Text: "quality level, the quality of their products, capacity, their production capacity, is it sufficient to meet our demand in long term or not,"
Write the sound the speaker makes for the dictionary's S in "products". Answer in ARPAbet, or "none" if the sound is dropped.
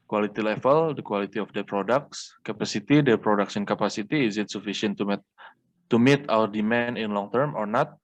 S